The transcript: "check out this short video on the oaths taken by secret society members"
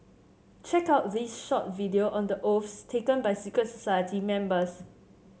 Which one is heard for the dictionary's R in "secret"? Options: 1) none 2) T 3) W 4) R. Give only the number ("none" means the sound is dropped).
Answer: 1